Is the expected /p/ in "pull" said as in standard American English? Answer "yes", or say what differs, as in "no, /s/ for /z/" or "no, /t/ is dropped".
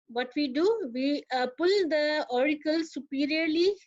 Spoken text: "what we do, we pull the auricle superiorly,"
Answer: yes